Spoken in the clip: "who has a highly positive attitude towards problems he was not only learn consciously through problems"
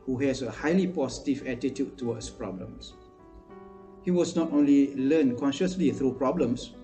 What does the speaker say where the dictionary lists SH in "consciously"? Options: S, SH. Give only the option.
SH